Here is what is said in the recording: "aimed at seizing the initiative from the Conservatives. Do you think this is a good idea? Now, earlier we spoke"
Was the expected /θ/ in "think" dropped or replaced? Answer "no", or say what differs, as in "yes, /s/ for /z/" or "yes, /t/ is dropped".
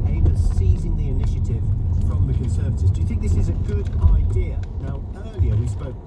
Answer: no